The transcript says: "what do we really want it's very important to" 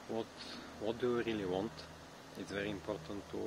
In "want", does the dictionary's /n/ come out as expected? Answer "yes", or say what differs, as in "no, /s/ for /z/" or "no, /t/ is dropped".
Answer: yes